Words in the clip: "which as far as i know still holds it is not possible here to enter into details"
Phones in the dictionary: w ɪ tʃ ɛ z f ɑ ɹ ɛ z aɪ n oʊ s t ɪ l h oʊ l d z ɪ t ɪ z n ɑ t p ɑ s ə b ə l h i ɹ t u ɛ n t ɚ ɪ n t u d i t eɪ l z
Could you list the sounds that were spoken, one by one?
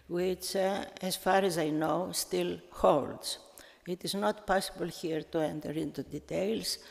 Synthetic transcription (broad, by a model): w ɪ tʃ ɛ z f ɑ ɹ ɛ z aɪ n oʊ s t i l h oʊ l d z ɪ t ɪ z n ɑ t p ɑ s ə b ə l h i ɹ t u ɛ n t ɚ ɪ n t u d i t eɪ l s